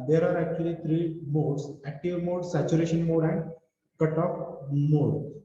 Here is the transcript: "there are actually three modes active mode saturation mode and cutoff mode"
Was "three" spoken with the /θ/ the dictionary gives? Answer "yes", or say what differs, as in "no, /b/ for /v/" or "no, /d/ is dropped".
no, /t/ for /θ/